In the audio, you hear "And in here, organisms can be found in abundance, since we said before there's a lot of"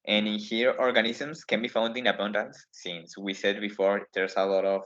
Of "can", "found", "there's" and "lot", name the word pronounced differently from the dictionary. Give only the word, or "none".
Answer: there's